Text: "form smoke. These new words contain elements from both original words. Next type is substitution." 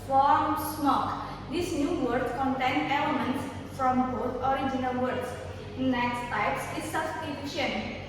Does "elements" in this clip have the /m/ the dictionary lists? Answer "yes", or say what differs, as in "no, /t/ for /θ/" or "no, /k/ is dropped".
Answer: no, /m/ is dropped